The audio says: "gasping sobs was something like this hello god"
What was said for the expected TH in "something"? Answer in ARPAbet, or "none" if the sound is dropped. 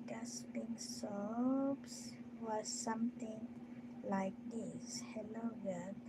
T